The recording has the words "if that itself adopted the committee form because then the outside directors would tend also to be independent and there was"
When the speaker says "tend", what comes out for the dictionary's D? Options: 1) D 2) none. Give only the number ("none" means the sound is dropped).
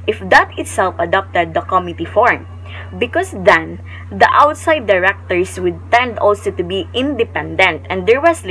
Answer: 1